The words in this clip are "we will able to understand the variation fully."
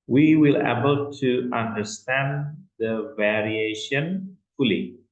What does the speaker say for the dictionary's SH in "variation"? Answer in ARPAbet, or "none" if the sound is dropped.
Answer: SH